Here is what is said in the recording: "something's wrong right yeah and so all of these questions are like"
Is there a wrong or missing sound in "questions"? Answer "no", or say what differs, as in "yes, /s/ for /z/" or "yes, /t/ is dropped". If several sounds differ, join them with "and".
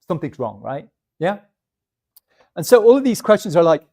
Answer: no